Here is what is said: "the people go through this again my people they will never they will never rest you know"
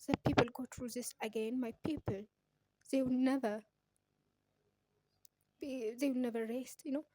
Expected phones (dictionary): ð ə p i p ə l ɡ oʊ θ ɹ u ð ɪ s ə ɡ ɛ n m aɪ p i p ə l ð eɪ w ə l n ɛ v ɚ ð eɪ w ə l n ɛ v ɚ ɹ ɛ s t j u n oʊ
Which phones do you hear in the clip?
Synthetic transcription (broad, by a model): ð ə p i p ə l ɡ oʊ t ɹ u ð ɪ s ə ɡ ɛ n m aɪ p i p ə l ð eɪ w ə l n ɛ v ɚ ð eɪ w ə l n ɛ v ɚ ɹ ɛ s t j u n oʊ